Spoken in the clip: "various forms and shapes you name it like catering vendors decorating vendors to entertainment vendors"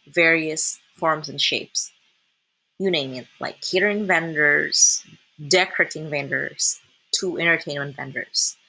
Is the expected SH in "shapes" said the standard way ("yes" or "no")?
yes